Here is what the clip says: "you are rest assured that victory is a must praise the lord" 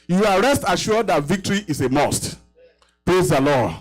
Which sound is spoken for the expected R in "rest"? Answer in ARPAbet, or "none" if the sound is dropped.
R